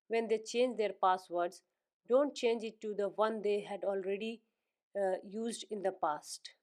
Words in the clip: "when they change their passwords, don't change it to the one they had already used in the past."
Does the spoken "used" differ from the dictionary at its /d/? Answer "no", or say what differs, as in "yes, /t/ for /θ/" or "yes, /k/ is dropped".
no